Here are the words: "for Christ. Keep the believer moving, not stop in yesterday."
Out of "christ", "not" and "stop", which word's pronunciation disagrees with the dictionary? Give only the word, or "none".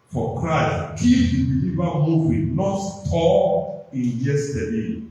stop